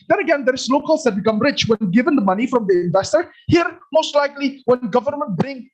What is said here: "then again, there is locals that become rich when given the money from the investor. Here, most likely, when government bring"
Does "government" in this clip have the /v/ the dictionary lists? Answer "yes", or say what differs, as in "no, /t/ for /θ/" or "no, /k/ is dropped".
yes